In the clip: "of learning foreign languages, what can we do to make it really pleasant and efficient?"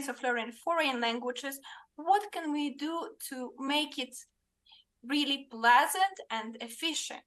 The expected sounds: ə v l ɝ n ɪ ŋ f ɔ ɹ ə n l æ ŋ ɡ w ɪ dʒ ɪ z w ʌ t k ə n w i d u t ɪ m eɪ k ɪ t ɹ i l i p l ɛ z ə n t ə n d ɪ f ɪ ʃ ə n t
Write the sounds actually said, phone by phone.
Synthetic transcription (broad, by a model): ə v l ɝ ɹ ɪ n f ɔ ɹ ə n l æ ŋ ɡ w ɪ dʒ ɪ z w ʌ t k ə n w i d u t ɪ m eɪ k ɪ t ɹ i l i p l ɛ z ə n t ə n d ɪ f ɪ ʃ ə n t